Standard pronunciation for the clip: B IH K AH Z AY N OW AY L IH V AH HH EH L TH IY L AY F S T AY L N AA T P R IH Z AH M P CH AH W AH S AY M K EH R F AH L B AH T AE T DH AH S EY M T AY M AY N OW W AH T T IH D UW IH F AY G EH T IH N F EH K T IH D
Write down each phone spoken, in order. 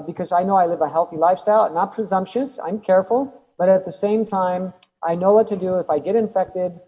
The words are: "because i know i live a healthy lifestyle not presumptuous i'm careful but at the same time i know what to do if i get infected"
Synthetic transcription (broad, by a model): B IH K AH Z AY N OW AY L IH V AH HH EH L TH IY L AY F S T AY L N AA T P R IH Z AH M P SH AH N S AY M K EH R F L B AH T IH T DH AH S EY M T AY M AY N OW W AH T T IH D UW IH F AY G EH T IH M F EH K T IH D